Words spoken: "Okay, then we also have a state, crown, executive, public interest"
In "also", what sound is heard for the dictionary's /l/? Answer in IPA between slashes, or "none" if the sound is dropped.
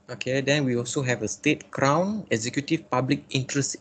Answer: /l/